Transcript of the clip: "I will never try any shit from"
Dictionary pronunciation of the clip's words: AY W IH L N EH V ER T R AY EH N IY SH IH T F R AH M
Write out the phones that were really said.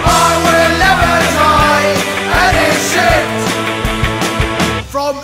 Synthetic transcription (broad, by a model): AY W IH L N EH V ER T AY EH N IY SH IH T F R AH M